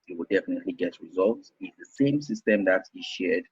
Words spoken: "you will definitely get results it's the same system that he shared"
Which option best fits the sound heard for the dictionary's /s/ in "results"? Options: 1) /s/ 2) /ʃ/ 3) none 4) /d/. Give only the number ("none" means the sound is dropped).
1